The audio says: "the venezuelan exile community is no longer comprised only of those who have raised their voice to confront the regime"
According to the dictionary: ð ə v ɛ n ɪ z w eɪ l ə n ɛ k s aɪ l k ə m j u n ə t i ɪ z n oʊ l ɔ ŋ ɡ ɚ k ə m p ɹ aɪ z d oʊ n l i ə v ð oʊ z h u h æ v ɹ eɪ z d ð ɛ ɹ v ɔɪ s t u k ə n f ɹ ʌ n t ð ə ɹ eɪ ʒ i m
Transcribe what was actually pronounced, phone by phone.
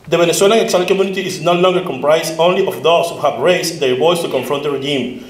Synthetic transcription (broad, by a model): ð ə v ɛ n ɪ s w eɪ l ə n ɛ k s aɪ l k ə m j u n ə t i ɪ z n oʊ l ɔ ŋ ɡ ɚ k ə m p ɹ aɪ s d oʊ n l i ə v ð oʊ s h u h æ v ɹ eɪ s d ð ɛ ɹ b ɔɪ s t u k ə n f ɹ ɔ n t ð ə ɹ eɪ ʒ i m